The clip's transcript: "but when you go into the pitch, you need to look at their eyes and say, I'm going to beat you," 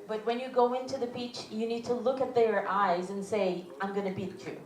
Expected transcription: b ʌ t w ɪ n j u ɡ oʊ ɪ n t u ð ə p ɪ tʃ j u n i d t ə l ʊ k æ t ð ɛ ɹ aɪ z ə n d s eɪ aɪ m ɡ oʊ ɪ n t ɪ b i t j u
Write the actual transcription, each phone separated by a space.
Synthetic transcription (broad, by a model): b ʌ t w ɪ n j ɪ ɡ oʊ ɪ n t u ð ə b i tʃ j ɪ n i d t ə l ʊ k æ t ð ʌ ɹ aɪ z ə n s eɪ aɪ m ɡ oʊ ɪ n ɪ b i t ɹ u